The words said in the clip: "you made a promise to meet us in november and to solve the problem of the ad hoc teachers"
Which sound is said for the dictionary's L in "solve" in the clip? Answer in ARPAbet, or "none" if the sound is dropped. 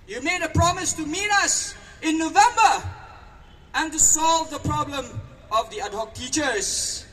L